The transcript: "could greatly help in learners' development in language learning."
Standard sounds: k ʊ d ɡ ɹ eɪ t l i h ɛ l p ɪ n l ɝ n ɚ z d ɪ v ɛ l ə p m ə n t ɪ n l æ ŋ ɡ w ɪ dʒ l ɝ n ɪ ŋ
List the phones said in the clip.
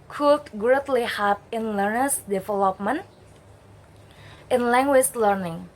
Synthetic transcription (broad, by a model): k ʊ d ɡ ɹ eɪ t l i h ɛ p ɪ n l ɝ n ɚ s d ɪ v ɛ l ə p m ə n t ɪ n l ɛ ŋ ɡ w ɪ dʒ l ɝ n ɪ ŋ